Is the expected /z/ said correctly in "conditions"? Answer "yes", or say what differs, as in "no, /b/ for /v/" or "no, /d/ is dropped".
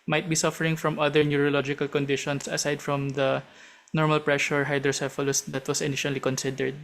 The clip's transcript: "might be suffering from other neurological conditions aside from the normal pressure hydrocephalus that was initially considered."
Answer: no, /s/ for /z/